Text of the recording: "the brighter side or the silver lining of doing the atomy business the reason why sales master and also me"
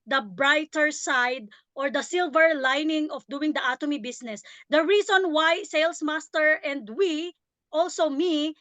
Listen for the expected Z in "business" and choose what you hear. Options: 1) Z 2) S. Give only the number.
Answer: 2